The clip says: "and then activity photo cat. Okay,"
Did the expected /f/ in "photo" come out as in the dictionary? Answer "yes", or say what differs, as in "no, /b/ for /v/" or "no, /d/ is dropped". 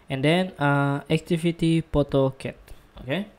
no, /p/ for /f/